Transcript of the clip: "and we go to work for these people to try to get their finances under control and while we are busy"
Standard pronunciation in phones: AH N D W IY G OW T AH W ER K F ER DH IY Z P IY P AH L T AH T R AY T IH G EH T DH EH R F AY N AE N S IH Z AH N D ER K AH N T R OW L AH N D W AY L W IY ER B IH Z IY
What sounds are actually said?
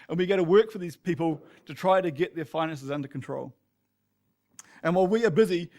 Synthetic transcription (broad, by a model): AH N W IY G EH T AH W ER K F ER DH IY Z P IY P AH L T AH T R AY T IH G EH T DH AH R F AY N AE N S IH Z AH N D ER K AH N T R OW L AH N W AY L W IY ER B IH Z IY